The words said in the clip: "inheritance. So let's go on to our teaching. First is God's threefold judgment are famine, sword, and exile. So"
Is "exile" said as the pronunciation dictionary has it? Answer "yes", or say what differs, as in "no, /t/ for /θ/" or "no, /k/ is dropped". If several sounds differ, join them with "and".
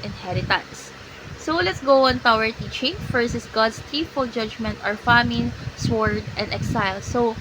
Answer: yes